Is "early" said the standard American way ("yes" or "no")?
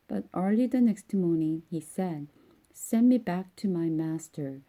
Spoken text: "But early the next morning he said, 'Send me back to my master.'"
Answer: no